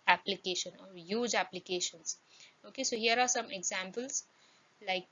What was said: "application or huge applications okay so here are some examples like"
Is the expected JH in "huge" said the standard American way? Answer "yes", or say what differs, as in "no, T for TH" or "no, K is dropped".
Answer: yes